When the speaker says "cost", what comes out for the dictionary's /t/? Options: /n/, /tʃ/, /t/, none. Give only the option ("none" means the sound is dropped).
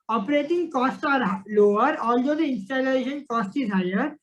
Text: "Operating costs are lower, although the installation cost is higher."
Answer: /t/